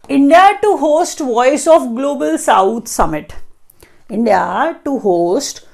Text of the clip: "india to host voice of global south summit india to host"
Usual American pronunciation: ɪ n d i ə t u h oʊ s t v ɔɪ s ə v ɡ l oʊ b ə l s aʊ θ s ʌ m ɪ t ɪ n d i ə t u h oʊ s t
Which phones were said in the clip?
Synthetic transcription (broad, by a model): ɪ n d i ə t u h oʊ s t v ɔɪ s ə f ɡ l oʊ b ə l s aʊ t s ʌ m ɪ t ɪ n d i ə t u h oʊ s t